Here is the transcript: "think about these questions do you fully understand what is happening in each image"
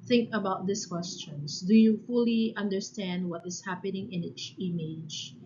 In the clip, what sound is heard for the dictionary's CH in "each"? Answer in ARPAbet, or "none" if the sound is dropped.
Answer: S